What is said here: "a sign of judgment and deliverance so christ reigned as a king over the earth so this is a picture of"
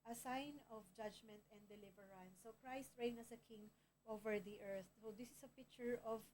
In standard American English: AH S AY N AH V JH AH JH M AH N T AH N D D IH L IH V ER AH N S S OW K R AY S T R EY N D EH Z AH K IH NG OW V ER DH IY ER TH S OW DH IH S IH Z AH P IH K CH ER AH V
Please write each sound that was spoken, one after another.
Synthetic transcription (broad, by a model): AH S AY N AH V JH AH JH M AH N T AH N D D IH L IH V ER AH N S S OW K R AY S T R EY N AH S AH K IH NG OW V ER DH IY ER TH S OW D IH S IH S AH P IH K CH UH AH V